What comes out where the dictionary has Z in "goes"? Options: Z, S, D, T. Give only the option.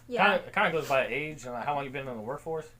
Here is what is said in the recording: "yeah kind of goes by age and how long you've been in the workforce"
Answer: Z